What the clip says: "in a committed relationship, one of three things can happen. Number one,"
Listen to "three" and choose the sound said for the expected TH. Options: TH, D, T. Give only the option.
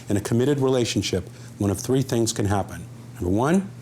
TH